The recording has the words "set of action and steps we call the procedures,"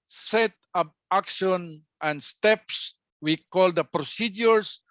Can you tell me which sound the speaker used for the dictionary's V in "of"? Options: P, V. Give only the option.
P